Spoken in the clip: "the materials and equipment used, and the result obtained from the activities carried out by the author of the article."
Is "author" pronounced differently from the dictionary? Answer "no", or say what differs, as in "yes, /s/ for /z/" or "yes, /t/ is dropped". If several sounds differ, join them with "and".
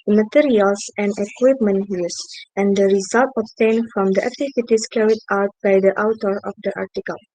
yes, /t/ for /θ/